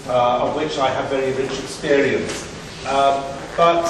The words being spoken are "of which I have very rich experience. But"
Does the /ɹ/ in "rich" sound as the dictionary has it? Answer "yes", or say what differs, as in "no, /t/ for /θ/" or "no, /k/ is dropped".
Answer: yes